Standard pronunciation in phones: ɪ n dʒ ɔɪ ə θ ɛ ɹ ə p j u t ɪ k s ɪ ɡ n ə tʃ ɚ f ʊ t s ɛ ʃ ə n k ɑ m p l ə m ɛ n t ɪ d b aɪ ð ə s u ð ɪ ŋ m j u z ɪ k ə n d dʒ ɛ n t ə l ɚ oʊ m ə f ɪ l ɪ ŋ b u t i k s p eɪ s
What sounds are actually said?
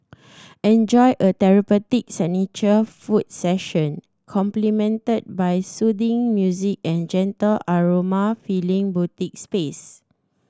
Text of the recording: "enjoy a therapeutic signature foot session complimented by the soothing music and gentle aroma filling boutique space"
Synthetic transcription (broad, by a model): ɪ n dʒ ɔɪ ə t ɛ ɹ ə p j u t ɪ k s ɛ n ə tʃ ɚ f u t s ɛ ʃ ə n k ɑ m p l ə m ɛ n t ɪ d b aɪ s u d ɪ ŋ m j u z ɪ k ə n dʒ ɛ n t ə l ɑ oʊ m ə f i l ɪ ŋ b u t i k s p eɪ s